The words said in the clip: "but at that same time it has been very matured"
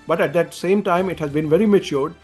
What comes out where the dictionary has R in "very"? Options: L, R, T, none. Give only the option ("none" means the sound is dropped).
R